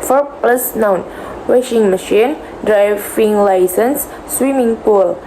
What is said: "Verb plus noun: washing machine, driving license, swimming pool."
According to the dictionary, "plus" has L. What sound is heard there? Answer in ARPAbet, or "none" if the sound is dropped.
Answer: L